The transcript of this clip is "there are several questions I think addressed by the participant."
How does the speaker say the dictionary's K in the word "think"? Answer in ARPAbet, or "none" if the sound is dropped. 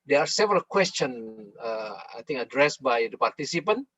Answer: none